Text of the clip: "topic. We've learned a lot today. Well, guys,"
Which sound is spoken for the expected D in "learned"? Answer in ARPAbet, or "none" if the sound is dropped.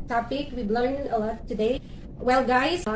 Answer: none